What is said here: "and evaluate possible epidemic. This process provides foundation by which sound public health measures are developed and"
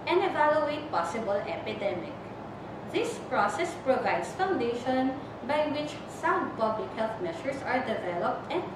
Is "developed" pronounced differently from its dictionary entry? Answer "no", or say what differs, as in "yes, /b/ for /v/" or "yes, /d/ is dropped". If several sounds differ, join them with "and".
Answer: no